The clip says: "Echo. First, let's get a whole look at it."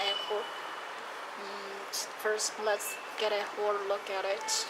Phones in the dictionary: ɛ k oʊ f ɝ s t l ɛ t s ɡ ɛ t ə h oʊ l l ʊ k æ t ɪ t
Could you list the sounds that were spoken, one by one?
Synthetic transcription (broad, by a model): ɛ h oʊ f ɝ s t l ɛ t s ɡ ɛ t ə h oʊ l l ʊ k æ t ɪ t